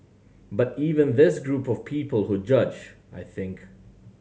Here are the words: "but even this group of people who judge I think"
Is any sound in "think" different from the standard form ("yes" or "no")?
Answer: no